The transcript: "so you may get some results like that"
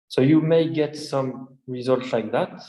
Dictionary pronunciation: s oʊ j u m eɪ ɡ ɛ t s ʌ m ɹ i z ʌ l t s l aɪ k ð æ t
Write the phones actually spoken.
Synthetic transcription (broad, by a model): s oʊ j u m eɪ ɡ ɛ t s ʌ m ɹ i z ʌ l t s l aɪ k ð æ t